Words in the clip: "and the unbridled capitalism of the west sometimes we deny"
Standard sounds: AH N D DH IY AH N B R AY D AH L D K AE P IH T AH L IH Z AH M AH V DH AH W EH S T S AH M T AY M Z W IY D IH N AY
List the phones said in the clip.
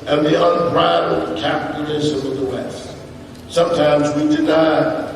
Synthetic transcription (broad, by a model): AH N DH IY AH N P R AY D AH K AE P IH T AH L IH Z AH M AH DH AH W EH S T S AH M T AY M Z W IY D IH N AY